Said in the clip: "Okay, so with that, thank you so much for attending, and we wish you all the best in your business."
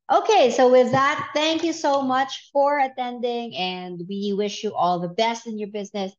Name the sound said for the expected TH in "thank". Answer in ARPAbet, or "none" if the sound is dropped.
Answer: TH